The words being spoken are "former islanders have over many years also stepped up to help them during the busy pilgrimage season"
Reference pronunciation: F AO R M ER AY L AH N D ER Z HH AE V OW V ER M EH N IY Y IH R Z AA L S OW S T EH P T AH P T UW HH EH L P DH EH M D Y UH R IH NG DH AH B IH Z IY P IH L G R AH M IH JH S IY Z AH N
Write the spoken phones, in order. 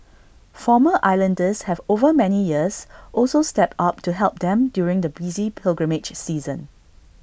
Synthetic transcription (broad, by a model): F AO M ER AY L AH N D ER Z HH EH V OW V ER M EH N IY Y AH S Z AA L S OW S T EH P T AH P T UW HH EH L P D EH M D Y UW R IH NG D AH B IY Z IY P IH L G R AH M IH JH S IY Z AH N